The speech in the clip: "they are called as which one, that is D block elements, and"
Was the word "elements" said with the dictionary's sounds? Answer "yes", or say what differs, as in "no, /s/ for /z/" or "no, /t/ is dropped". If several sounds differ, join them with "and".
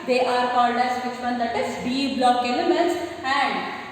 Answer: no, /n/ is dropped